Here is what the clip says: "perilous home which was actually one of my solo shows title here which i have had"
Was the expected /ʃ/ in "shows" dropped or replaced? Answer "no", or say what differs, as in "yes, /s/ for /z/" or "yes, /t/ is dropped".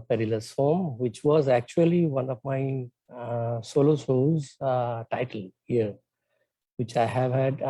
yes, /s/ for /ʃ/